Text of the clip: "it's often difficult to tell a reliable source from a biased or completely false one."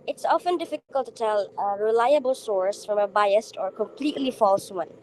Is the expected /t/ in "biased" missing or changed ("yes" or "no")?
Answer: no